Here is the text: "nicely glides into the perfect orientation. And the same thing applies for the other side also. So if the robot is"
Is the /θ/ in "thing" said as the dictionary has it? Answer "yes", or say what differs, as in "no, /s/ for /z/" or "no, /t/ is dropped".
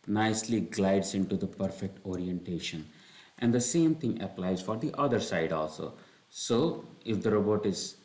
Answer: no, /t/ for /θ/